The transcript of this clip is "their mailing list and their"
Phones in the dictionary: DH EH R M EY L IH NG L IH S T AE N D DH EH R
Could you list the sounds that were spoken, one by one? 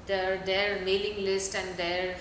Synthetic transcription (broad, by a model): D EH R M EY L IH NG L IH S T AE N D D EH R